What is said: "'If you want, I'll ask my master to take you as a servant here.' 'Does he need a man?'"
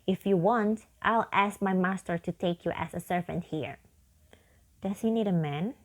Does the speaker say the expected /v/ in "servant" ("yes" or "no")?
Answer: yes